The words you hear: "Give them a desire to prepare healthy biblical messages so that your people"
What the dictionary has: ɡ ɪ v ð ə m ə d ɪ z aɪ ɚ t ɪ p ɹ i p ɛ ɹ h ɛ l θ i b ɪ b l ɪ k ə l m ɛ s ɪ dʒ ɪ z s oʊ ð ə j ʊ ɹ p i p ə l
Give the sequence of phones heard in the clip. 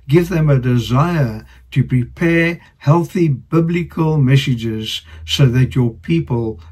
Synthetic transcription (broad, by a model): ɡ ɪ v ð ə m ə d ɪ z aɪ ɚ t ɪ p ɹ i p ɛ ɹ h ɛ l θ i b ɪ b l ɪ k ə l m ɛ s ɪ dʒ ɪ z s oʊ ð ə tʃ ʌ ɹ p i p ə l